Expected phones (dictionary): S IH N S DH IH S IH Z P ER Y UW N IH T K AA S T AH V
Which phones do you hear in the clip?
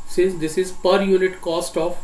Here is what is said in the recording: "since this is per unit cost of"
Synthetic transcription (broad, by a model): S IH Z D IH S IH Z P ER Y UW N IH T K AA S T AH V